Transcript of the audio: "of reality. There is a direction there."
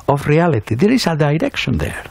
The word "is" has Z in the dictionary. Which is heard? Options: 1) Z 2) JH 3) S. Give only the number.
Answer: 3